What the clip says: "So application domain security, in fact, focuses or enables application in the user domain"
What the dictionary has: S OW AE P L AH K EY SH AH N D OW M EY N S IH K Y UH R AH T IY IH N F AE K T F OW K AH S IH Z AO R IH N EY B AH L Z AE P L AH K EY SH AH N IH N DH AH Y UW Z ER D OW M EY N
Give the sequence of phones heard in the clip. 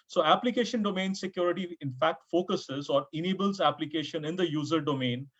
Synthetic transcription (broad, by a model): S OW AE P L AH K EY SH AH N D OW M EY N S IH K Y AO R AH T IY IH N F AE K T F OW K AH S IH Z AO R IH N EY B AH L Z AE P L AH K EY SH AH N IH N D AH Y UW Z ER D OW M EY N